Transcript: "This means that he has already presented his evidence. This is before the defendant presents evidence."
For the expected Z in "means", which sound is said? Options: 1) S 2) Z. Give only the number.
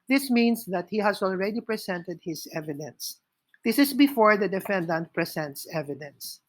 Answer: 1